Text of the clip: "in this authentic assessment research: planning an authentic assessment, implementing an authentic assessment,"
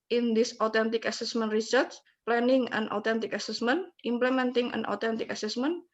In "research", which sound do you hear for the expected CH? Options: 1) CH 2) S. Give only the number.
2